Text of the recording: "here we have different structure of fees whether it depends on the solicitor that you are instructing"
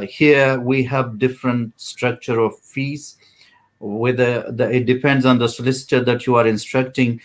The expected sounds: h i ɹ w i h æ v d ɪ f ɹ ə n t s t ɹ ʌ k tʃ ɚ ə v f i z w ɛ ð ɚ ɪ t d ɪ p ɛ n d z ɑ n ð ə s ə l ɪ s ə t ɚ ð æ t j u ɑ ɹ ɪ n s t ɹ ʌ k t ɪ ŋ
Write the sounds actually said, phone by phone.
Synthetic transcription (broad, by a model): h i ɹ w i h æ v d ɪ f ɹ ə n t s t ɹ ʌ k tʃ ɚ ə v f i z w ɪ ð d ɪ t d ɪ p ɛ n d z ɑ n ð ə s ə l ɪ s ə t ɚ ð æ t j u ɑ ɹ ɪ n s t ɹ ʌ k t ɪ ŋ